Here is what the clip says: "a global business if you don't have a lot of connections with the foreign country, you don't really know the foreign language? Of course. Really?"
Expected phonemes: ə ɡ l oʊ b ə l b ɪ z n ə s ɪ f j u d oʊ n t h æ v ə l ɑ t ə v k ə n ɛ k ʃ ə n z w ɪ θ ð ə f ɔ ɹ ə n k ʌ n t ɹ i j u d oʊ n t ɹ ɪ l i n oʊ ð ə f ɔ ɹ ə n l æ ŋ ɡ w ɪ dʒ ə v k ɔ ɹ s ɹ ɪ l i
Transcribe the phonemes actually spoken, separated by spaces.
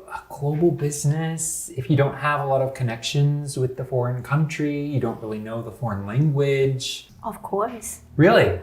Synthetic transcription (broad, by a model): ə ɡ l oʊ b l b ɪ z n ə s ɪ f j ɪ d oʊ n t h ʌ v ə l ɑ t ə v k ə n ɛ k ʃ ə n z w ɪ ð ə f ɔ ɹ ə n k ʌ n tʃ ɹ i j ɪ d oʊ n t ɹ ɪ l i n oʊ ð ə f ɔ ɹ ə n l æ ŋ ɡ w ɪ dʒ ə v k ɔ ɹ s ɹ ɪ l i